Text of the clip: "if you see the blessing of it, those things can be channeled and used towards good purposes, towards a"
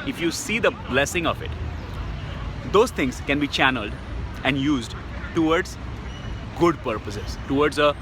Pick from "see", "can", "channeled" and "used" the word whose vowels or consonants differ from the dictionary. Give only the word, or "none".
none